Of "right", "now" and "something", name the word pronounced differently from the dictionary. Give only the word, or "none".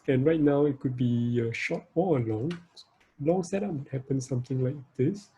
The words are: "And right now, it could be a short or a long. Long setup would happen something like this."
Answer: something